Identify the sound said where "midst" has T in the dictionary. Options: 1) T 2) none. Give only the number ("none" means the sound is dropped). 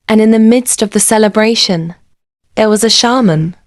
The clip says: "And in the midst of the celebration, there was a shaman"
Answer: 1